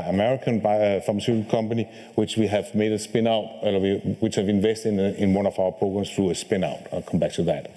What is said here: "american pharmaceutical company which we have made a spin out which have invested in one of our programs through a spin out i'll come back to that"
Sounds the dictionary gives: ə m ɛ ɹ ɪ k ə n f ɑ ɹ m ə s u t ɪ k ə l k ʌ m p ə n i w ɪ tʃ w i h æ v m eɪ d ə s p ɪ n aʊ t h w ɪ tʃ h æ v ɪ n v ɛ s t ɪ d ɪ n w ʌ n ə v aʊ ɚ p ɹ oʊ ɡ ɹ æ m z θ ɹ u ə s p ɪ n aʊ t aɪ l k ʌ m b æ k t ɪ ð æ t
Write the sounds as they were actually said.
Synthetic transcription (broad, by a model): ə m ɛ ɹ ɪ k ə n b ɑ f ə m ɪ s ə k ʌ m p ə n i w ɪ tʃ w i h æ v m eɪ d ə s p ɪ n aʊ t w w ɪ tʃ h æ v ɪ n v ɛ s t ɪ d ɪ n w ʌ n ə v aʊ ɚ p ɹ oʊ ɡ ɹ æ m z θ ɹ u ə s p ɪ n aʊ t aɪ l k ʌ m b æ k t ɪ ð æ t